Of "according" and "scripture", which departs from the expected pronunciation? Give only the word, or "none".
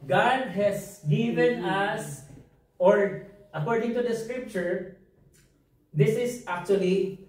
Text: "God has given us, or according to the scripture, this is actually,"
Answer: none